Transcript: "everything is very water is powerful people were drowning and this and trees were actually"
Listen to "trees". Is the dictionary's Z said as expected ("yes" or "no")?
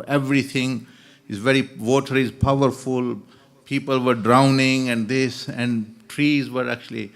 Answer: yes